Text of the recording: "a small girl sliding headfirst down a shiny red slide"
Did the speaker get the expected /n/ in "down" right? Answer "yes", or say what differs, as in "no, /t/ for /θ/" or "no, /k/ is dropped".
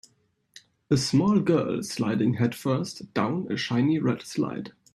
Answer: yes